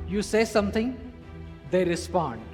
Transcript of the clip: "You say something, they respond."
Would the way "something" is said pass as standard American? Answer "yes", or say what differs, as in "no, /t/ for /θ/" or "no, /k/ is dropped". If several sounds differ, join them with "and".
no, /t/ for /θ/